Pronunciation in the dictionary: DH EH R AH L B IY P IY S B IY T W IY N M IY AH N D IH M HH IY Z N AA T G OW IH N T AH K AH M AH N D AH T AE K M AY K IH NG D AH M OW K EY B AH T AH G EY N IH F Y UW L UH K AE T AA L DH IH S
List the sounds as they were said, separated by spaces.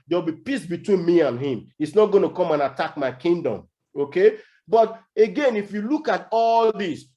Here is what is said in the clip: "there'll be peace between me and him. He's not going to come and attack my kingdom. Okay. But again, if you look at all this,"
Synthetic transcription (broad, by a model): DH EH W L B IY P IY S B IY T W IY N M IY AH N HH IH M HH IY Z N AA T G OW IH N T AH K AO M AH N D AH T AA K M AY K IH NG D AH M OW K EY B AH T AH G EY N IH F Y UW L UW K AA T AA L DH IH S